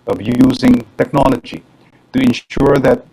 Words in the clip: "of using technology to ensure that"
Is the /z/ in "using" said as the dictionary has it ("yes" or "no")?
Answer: yes